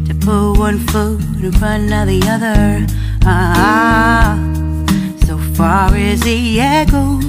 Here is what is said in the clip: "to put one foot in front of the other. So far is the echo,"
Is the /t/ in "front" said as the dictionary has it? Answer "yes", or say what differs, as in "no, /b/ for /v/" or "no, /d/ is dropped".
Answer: no, /t/ is dropped